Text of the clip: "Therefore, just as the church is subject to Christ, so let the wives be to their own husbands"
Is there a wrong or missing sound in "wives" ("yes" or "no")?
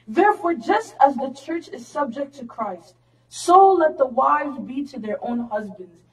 no